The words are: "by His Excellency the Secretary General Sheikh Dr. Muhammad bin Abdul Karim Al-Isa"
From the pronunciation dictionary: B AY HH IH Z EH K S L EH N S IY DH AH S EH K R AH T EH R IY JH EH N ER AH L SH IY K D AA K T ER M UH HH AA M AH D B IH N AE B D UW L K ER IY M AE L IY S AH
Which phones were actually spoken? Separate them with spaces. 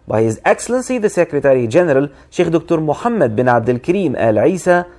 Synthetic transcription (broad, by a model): B AY HH IH Z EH K S L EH N S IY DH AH S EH K R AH T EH R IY JH EH N ER AH L SH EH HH D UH K T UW M UH HH AA M AH D B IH N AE B D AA L K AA IY M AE L IY S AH